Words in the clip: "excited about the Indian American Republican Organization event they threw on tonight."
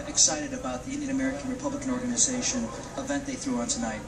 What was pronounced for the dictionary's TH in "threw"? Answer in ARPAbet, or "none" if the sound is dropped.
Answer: TH